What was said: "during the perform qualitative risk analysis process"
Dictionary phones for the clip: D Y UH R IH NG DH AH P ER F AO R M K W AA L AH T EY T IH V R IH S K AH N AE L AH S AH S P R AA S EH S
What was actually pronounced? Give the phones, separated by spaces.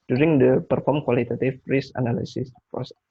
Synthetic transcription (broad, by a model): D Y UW R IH NG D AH P ER F AO R M K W AA L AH T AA T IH F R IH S AH N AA L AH S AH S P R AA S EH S